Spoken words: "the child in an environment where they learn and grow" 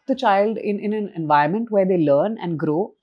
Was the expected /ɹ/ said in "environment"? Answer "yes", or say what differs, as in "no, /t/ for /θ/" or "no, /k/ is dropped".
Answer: no, /ɹ/ is dropped